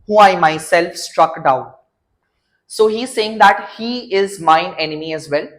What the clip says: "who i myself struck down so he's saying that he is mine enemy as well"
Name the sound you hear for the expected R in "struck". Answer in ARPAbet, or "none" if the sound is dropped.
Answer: R